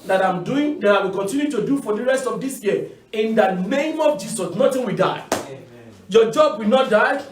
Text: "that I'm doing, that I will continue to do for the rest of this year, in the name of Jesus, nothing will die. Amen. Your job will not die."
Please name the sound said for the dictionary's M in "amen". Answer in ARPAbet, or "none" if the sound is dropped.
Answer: none